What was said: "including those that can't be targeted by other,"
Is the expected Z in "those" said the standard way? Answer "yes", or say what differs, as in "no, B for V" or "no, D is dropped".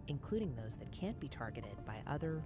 yes